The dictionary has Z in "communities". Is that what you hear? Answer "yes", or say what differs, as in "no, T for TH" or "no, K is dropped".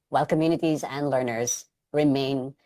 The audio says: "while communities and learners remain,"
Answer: yes